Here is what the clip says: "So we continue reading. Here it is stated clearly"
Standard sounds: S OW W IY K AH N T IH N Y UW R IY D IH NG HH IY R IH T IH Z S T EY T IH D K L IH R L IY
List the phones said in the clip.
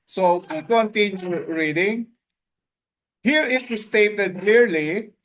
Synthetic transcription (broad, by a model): S OW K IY K AH N T IH N Y UW R IY D IH NG HH IY R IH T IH S T EY T IH D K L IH R L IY